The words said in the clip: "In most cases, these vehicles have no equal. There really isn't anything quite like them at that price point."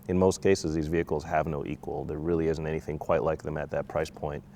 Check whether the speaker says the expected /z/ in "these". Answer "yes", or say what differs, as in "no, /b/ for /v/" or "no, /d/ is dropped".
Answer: yes